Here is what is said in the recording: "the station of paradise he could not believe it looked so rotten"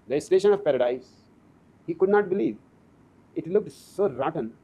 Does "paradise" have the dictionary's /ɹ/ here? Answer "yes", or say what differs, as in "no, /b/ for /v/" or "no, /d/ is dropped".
yes